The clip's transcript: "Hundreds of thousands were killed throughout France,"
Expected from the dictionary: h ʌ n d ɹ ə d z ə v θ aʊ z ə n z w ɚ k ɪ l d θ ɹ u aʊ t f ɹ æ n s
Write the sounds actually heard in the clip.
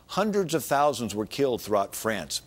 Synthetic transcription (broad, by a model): h ʌ n d ɹ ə d z ə v θ aʊ z ə n z w ɚ k ɪ l d θ ɹ u aʊ t f ɹ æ n s